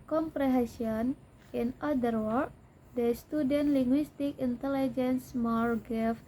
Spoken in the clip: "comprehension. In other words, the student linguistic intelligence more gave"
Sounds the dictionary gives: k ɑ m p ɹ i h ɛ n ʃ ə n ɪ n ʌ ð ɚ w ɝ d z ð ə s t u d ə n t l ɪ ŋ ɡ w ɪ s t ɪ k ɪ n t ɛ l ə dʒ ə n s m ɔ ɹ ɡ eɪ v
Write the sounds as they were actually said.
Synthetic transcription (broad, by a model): k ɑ m p ɹ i h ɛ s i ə n ɪ n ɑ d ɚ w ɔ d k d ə s t u d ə n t l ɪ ŋ ɡ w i s t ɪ k ɪ n t ɛ l ə dʒ ə n s m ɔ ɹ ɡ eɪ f